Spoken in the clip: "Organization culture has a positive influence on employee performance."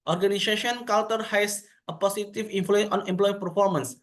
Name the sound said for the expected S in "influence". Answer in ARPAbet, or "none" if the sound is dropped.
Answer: none